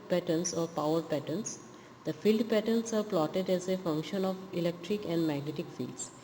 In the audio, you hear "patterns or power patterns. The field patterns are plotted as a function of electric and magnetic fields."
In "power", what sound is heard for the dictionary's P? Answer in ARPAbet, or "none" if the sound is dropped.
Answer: P